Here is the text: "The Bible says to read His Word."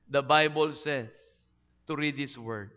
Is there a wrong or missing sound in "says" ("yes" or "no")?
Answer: yes